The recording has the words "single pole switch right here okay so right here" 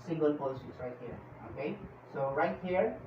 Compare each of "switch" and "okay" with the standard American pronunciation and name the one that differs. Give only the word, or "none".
switch